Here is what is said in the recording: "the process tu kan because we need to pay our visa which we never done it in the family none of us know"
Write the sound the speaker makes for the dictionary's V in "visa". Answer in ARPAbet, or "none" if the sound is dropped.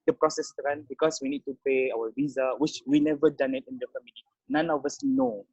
V